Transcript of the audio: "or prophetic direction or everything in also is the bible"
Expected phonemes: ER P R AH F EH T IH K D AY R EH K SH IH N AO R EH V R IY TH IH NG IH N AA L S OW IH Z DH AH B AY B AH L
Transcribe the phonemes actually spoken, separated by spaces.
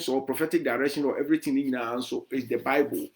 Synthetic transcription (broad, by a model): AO P R AH F EH T IH K D AY R EH K SH IH N AO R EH V R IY T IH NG IH N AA N S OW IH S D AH B AY B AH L